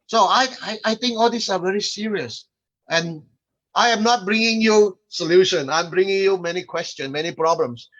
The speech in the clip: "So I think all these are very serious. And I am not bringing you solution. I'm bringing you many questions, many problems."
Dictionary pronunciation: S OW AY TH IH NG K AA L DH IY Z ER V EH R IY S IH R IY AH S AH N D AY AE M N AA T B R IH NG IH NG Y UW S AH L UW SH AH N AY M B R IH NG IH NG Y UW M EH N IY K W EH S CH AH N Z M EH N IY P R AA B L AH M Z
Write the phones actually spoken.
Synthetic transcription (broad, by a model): S OW AY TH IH NG K AA L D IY S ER V EH R IY S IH R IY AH S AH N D AY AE M N AA T B R IH NG IH NG Y UW S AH L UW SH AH N AY M B R IH NG IH NG Y UW M EH N IY K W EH S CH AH N M EH N IY P R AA B L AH M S